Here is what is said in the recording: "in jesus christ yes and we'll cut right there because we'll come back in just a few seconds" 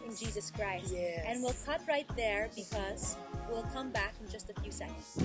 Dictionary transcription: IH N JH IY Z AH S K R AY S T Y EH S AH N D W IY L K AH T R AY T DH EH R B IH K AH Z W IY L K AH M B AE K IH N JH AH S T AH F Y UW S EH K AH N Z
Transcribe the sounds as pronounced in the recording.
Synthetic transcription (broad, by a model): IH N JH IY Z AH S K R AY S T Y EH AH N W IY L K AH T R AY T DH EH R B IH K AH Z W IY L K AH M B AE K IH N JH AH S T AH F Y UW S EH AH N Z